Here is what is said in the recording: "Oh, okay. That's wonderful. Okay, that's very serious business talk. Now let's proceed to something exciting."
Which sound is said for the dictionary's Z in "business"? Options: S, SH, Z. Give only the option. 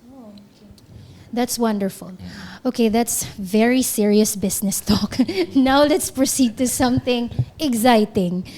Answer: S